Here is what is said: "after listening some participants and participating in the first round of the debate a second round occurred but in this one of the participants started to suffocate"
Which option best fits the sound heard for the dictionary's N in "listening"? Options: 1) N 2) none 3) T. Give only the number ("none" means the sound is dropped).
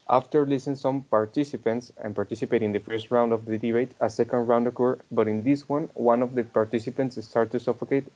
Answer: 2